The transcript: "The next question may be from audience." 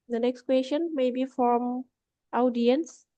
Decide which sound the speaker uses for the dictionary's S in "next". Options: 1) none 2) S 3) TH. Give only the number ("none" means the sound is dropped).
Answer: 2